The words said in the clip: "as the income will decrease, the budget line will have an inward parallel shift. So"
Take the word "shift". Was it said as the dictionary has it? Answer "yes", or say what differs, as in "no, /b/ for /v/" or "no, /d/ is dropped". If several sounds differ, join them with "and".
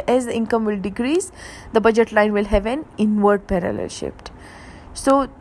no, /p/ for /f/